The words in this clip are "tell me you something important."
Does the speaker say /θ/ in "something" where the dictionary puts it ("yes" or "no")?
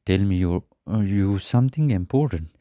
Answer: no